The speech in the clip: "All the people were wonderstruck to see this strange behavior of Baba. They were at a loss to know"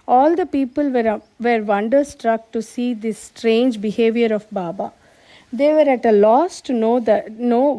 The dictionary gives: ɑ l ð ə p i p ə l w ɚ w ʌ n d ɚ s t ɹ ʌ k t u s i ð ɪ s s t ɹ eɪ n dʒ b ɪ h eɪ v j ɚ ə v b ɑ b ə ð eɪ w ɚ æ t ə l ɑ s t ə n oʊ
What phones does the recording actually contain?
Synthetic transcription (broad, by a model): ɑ l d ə p i p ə l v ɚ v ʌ n d ɚ s t ɹ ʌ k t u s i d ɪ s s t ɹ eɪ n dʒ b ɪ h eɪ v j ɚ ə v b ɑ b ə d eɪ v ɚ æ t ə l ɑ s t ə n oʊ